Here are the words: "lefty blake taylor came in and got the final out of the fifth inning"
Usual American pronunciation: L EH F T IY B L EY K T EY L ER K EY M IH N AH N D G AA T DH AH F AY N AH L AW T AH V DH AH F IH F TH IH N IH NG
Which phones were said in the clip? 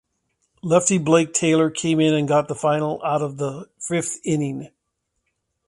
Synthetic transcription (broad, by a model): L EH F T IY B L EY K T EY L ER K EY M IH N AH N G AA T DH AH F AY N L AW T AH V DH AH F IH F TH IH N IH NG